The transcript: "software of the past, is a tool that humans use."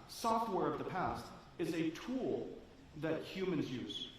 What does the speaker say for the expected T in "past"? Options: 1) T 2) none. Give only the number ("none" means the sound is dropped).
1